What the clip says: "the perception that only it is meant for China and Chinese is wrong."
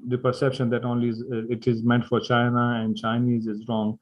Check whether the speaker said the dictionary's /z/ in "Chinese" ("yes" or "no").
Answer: yes